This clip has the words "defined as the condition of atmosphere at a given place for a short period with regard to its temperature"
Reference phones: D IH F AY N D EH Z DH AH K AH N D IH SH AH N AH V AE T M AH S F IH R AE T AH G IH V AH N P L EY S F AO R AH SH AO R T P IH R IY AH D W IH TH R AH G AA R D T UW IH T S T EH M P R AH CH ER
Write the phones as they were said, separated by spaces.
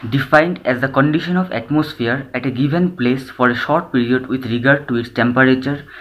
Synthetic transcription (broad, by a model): D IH F AY N D EH Z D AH K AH N D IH SH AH N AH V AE T M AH S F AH R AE T AH G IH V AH N P L EY S F AO R AH SH AO R T P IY R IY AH D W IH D R AH G AA R D T UW IH T S T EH M P R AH CH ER